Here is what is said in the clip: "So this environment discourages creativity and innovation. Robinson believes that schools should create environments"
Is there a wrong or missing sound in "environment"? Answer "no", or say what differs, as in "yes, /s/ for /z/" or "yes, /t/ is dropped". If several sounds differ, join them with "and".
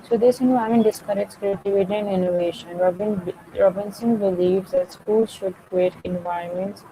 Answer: yes, /ɹ/ is dropped and /n/ is dropped